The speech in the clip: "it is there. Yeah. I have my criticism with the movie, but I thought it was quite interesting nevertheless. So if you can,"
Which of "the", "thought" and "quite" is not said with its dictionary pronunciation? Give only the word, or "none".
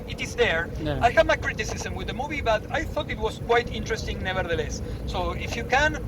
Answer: none